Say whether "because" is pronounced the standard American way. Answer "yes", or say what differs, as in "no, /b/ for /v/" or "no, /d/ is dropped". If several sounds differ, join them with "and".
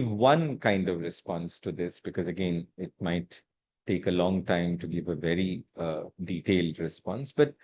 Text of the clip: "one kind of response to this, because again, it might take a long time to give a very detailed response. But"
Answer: yes